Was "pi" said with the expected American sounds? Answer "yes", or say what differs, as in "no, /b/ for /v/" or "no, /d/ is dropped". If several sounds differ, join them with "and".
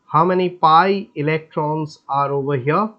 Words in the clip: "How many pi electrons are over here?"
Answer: yes